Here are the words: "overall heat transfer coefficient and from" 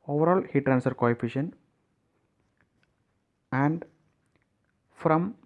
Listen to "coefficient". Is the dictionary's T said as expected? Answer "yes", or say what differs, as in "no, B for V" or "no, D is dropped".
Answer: no, T is dropped